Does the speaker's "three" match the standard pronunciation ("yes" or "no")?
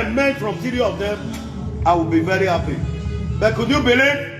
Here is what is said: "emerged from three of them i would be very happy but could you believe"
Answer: no